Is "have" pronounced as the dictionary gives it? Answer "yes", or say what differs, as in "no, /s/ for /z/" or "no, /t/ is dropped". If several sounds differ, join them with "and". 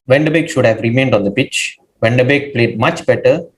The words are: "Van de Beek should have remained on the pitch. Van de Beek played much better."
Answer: yes